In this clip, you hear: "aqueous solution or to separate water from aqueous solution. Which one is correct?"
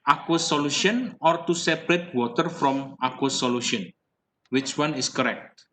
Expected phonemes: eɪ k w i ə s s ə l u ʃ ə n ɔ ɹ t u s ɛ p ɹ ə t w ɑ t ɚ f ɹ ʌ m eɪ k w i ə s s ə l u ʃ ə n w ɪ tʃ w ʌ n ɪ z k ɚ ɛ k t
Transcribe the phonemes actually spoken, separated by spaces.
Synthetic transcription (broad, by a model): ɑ k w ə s s ə l u ʃ ə n ɔ ɹ t u s ɛ p ɹ ə t w ɑ t ɚ f ɹ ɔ m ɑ k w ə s s ə l u ʃ ə n w ɪ tʃ w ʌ n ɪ s k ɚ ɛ k t